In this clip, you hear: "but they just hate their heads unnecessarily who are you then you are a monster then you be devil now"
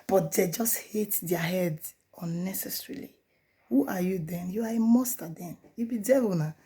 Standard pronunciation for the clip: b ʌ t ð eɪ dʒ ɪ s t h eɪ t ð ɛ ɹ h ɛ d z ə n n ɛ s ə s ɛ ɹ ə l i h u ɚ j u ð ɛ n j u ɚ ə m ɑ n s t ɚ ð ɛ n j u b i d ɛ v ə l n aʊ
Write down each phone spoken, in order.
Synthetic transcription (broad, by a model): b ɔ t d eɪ dʒ ɪ s t h eɪ t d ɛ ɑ h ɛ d ə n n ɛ s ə s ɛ ɹ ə l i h u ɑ j u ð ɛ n j u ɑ ə m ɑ s t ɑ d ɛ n j u b i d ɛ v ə n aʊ